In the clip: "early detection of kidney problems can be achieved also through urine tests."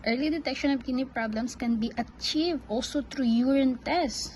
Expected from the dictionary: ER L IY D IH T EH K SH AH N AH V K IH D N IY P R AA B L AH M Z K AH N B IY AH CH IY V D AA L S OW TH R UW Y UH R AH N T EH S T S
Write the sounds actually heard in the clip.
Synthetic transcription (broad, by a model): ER L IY D IH T EH K SH AH N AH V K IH N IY P R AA B L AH M S K AH N B IY AH CH IY V D AA L S OW T R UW Y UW R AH N T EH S S